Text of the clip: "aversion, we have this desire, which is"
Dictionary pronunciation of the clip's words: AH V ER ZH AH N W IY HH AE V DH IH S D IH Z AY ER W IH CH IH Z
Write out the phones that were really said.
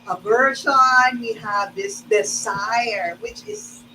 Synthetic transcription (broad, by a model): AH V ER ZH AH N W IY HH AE V DH IH S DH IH S AY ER W IH CH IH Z